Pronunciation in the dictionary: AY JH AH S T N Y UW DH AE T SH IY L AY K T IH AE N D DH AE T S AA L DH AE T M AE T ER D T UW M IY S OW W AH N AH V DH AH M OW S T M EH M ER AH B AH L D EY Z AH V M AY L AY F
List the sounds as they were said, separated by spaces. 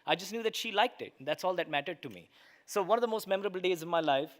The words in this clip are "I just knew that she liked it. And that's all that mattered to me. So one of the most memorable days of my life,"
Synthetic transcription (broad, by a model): AY JH AH S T N Y UW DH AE T SH IY L AY K T IH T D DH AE T S AA L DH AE T M AE T ER D T UW M IY S OW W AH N AH V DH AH M OW S T M EH M ER AH B AH L D EY Z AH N M AY L AY F